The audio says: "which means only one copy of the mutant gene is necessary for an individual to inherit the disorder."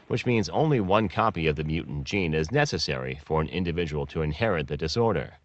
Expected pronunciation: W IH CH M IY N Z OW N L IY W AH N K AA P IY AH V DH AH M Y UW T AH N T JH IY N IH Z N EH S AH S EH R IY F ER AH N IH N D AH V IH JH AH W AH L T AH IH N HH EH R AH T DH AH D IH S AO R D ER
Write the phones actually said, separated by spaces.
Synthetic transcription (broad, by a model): W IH CH M IY N Z OW N L IY W AH N K AA P IY AH V DH AH M Y UW T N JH IY N IH Z N EH S AH S EH R IY F ER AH N IH N D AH V IH JH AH W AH L T AH IH N HH EH R AH T DH AH D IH S AO R D ER